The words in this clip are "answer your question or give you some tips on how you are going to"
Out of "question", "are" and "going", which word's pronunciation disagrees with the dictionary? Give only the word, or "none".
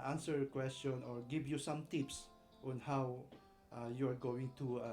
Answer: none